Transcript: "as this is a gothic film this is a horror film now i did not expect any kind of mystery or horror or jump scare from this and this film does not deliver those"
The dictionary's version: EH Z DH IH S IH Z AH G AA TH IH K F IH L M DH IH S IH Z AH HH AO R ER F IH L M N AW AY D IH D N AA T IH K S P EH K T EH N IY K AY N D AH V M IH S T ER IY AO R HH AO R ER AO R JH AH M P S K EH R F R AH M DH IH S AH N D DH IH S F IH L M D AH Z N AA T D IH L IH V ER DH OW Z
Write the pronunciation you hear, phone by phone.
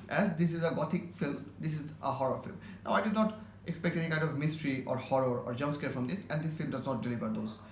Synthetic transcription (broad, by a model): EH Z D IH S IH Z AH G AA T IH K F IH L M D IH S IH Z AH HH AO R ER F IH L M N AW AY D IH D N AA T IH K S P EH K T EH N IY K AY N D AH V M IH S T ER IY AO R HH AO R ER AO R JH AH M S K EH R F R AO M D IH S AH N D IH S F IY L M D AH Z N AA T D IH L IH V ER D OW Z